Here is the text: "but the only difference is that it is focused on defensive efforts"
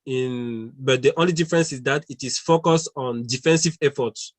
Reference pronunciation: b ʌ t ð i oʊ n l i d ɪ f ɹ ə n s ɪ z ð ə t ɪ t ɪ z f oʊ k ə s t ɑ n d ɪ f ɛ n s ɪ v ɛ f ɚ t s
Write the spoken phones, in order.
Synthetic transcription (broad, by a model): b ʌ t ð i oʊ n l i d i f ɹ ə n s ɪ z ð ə t ɪ t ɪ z f oʊ k ə s t ɑ n d ɪ f ɛ n s ɪ v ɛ f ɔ t s